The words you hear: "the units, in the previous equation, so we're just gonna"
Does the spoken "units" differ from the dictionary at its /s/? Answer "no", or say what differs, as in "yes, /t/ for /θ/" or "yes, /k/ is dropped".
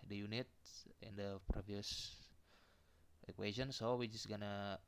yes, /s/ is dropped